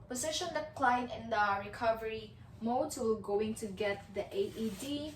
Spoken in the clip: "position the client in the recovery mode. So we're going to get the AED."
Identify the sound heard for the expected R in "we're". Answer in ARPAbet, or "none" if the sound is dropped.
L